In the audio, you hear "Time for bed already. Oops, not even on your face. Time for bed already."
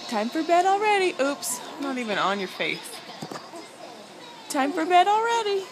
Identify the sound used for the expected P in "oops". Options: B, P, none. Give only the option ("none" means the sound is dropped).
P